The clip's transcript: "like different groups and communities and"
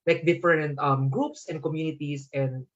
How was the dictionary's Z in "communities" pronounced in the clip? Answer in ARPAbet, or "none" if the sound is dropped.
S